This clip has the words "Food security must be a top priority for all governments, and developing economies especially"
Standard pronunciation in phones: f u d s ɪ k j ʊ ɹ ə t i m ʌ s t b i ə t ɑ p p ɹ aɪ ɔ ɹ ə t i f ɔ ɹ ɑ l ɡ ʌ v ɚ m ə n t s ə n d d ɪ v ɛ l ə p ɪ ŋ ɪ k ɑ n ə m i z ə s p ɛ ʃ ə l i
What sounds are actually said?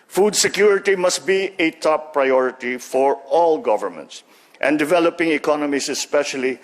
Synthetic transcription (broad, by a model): f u d s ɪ k j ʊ ɹ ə t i m ʌ s t b i ə t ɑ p p ɹ aɪ ɔ ɹ ə t i f ɔ ɹ ɑ l ɡ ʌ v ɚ m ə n t s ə n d d ɪ v ɛ l ə p ɪ ŋ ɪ k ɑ n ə m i s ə s p ɛ ʃ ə l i